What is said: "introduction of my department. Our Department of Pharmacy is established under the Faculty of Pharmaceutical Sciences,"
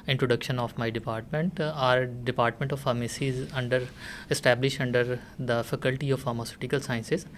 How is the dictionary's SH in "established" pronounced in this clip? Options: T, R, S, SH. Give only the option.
SH